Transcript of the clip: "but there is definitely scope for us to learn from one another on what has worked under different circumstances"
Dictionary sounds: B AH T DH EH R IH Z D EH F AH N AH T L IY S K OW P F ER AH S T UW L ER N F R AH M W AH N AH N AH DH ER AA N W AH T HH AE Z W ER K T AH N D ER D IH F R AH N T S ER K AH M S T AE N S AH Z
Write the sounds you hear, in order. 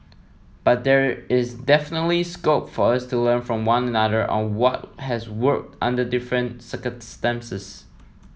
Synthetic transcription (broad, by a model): B AH T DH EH R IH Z D EH F AH N AH T L IY S K OW P F ER AH S T UW L ER N F R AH M W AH N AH N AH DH ER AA N W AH T HH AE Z W ER K T AH N D ER D IH F R AH N T S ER K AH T S T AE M S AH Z